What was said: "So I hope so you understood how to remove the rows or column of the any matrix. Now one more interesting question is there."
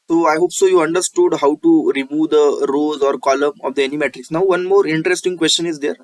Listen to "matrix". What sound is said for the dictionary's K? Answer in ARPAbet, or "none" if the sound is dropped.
none